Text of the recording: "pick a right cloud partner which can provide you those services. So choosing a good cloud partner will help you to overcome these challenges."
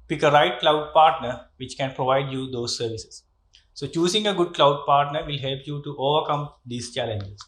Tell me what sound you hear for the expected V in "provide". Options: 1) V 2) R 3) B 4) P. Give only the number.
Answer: 1